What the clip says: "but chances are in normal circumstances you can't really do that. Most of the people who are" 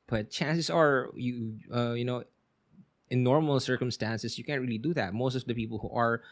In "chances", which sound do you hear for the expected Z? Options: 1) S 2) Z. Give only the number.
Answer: 1